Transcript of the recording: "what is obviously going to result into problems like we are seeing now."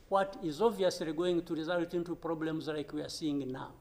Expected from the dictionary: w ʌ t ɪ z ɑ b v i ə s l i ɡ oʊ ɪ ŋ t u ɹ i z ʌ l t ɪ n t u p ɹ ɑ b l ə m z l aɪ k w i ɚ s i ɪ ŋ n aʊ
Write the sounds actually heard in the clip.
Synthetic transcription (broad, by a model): w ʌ t ɪ z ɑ v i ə s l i ɡ oʊ ɪ ŋ t u ɹ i z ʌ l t ɪ n t u p ɹ ɑ b l ə m z l aɪ k w i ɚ s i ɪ ŋ n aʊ